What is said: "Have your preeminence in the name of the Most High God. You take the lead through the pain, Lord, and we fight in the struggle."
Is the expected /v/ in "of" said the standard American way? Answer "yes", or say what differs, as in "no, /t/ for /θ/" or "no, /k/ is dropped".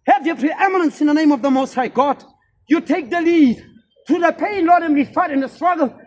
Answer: yes